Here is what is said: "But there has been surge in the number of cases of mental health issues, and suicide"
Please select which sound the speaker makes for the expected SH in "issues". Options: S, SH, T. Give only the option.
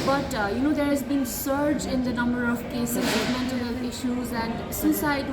SH